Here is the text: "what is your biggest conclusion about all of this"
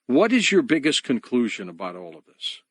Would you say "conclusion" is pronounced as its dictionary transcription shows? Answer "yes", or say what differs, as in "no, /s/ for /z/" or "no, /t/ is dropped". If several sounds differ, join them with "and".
yes